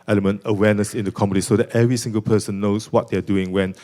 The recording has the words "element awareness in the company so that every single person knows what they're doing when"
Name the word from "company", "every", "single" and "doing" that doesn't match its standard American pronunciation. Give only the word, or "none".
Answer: company